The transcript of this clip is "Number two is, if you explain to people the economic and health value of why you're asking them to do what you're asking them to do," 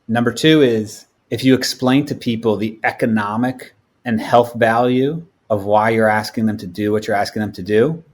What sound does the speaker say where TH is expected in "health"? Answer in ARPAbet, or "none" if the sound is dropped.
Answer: TH